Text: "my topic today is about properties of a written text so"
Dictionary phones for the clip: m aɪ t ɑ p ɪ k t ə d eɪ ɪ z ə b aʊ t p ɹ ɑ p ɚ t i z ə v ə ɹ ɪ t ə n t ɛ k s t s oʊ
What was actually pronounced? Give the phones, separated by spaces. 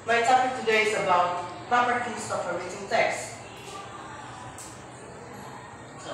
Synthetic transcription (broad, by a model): m aɪ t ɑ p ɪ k t ə d eɪ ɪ s ə b aʊ t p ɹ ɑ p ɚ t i s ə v ə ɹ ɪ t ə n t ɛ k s s